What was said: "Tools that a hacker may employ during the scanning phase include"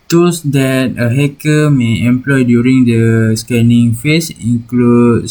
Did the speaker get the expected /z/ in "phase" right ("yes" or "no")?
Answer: no